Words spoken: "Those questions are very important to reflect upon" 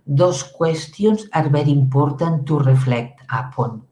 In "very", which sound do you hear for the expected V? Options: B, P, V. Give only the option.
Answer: B